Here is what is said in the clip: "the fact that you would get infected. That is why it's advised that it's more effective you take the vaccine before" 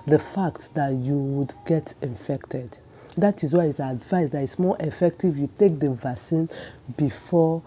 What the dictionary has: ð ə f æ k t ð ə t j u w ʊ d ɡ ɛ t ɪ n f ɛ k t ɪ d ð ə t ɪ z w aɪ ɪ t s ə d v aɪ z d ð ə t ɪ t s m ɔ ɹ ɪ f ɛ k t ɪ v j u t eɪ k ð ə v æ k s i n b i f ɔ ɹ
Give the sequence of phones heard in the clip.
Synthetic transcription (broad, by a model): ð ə f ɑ k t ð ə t j u w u d ɡ ɛ t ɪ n f ɛ k t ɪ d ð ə t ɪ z w aɪ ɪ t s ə d v aɪ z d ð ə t ɪ t s m ɔ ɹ ɪ f ɛ k t ɪ v j u t eɪ k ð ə v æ s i n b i f ɔ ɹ